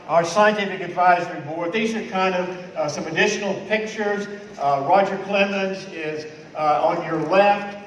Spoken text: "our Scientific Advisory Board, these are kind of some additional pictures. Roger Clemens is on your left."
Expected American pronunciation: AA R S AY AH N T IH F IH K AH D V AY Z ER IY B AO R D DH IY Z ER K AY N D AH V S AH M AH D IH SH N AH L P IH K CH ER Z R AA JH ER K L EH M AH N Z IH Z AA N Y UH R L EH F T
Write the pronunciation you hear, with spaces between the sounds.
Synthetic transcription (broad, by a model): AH R S AY AH N T IH F IH K AH D V AY Z ER IY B AO R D DH IY Z ER K AY N D AH V S AH M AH D IH SH N L P IH K CH ER Z R AA JH ER K L EH M AH N Z IH Z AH N Y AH R L EH F T